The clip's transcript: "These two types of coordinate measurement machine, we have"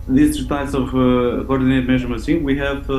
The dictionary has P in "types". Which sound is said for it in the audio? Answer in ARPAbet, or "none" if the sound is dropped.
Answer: none